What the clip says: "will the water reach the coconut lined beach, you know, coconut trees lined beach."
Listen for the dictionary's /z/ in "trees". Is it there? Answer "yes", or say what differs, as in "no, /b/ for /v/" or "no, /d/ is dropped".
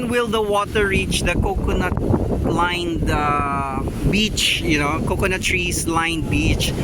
no, /s/ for /z/